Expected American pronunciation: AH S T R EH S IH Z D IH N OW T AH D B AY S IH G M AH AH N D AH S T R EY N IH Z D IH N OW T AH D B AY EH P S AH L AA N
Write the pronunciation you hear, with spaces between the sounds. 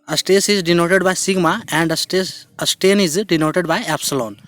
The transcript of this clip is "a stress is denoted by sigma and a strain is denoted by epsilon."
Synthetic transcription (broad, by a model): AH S T EH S IH Z D IH N OW T AH D B AY S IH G M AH AH N D AH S T EY N IH Z D IH N OW T AH D B AY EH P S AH L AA N